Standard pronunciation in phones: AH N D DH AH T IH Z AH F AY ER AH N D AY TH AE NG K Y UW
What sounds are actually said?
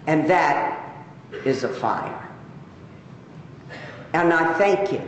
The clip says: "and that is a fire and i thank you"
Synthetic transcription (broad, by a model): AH N DH AH T IH Z AH F AY ER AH N AY TH AE NG K Y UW